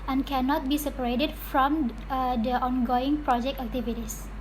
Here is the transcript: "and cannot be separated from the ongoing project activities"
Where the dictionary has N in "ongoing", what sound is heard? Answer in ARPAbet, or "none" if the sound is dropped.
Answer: N